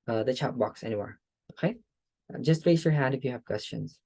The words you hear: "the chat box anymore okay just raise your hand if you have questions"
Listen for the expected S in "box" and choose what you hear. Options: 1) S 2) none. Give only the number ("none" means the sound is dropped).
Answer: 1